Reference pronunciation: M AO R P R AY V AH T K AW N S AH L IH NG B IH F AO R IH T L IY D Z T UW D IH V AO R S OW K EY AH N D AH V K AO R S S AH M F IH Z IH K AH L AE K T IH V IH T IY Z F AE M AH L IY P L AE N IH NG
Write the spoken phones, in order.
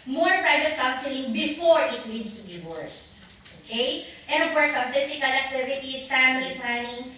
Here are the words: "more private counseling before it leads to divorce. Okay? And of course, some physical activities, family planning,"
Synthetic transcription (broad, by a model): M AO R P R AY V AH T K AW N S AH L IH NG B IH F AO R IH T N IY D S T UW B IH W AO R S OW K EY AH N D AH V K AO R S S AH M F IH S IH K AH L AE K T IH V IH T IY S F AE M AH L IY P L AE N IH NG